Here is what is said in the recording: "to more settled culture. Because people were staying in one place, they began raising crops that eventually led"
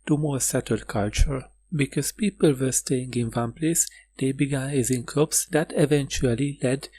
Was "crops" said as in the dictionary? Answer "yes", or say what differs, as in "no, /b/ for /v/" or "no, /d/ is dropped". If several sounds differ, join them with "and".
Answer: no, /ɹ/ is dropped